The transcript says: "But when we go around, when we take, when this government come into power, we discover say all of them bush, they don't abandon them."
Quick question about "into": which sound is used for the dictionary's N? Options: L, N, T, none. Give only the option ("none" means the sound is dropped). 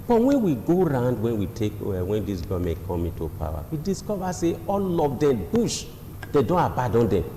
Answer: N